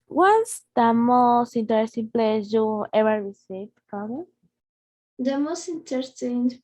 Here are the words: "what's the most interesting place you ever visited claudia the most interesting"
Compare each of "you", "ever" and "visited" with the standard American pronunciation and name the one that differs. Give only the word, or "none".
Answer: visited